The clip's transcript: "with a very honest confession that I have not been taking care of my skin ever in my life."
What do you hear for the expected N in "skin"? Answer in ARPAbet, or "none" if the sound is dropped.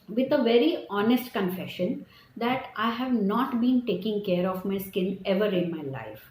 L